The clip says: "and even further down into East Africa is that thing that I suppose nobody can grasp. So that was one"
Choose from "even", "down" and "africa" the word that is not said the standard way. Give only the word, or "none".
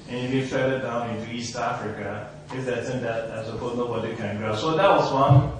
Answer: even